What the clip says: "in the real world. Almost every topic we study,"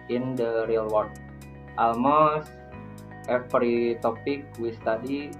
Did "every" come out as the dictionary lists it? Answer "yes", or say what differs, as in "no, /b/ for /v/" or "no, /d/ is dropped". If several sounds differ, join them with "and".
no, /p/ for /v/